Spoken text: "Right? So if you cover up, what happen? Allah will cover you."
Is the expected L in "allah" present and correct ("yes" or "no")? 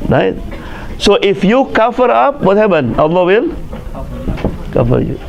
no